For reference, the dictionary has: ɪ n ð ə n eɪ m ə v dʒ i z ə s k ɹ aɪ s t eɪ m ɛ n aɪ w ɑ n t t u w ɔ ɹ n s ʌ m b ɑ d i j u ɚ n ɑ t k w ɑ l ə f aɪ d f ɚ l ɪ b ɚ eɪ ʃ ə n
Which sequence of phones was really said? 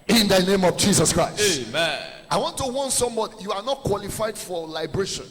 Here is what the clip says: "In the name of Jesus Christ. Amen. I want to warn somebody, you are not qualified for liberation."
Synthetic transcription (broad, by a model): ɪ n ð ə n eɪ m ə v dʒ i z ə s k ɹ aɪ s eɪ m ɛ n aɪ w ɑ n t t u w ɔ n s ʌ m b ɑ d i j u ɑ n ɑ t k w ɑ l ə f aɪ d f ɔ l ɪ b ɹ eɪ ʃ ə n